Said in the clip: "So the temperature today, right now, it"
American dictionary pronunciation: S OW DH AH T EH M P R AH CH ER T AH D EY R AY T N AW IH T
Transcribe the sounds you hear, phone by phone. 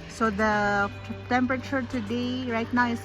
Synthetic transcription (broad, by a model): S OW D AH T EH M P R AH CH ER T AH D EY R AY T N AW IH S